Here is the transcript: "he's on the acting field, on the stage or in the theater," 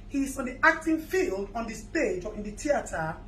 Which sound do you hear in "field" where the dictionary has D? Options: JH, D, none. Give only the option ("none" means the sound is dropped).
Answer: D